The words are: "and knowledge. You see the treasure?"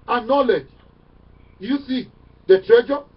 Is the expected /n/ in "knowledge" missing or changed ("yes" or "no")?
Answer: no